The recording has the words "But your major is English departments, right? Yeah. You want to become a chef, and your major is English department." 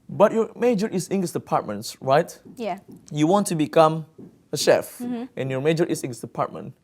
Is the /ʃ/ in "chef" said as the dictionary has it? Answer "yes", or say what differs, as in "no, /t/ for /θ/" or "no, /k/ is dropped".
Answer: yes